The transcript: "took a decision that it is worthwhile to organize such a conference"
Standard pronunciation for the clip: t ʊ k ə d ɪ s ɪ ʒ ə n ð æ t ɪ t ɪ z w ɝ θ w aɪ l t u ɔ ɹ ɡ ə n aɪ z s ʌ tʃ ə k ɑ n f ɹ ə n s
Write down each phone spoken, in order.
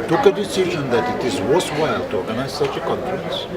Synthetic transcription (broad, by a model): t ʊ k ə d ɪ s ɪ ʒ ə n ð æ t ɪ t ɪ z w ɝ s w aɪ l t u ɔ ɹ ɡ ə n aɪ z s ʌ tʃ ə k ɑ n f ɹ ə n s